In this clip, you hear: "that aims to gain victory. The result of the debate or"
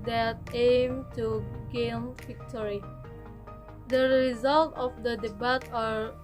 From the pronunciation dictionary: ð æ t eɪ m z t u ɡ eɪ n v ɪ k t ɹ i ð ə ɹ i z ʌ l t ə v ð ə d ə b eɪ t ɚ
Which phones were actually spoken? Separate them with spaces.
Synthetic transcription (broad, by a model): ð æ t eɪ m t u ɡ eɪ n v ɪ k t ɹ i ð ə ɹ i z ʌ l t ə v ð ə d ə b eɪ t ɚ